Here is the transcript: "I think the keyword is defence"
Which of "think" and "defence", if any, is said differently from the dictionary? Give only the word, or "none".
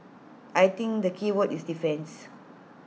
think